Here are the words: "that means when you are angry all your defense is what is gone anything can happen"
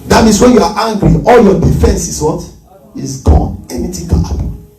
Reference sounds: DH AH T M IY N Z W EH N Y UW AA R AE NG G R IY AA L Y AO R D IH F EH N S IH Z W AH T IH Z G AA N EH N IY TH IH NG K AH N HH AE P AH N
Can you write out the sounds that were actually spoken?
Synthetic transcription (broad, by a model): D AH T M IY N S W EH N Y UW AA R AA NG G R IY AA L Y AO D IH F EH N S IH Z W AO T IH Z G AA N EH N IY T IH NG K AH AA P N